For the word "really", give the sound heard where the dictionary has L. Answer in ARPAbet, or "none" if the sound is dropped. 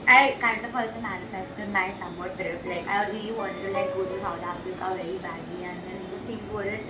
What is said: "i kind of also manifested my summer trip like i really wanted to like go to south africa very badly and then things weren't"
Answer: none